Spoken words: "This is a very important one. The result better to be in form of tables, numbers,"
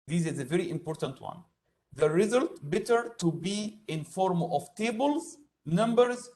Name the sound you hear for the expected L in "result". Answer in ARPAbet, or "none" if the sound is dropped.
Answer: L